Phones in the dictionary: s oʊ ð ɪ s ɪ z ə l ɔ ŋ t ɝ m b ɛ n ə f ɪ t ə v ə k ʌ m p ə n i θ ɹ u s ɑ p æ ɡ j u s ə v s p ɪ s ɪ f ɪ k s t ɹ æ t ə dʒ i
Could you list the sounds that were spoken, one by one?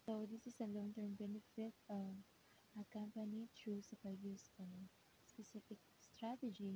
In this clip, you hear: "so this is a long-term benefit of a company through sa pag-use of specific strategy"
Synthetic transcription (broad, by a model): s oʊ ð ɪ s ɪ s ə l ɔ ŋ t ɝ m b ɛ n ə f ɪ t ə ə k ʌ m p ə n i t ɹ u s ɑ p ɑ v j u s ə s p ɪ s ɪ f ɪ k s t ɹ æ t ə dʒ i